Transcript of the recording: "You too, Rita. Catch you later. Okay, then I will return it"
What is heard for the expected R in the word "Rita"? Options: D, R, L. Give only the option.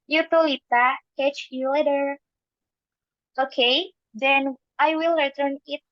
L